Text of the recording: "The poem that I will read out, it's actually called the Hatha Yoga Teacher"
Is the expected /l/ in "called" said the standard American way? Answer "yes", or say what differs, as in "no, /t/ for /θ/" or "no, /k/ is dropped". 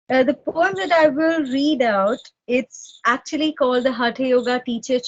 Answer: yes